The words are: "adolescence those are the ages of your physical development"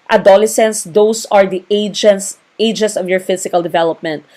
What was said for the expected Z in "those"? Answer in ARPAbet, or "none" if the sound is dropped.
S